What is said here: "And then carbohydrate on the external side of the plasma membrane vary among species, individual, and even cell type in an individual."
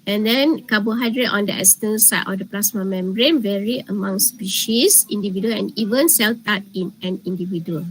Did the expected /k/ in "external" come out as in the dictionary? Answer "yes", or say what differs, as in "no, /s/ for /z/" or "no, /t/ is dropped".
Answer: no, /k/ is dropped